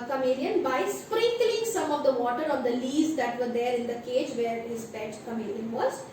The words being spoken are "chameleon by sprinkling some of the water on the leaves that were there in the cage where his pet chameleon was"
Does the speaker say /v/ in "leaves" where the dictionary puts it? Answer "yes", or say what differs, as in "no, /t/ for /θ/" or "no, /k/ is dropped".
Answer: no, /v/ is dropped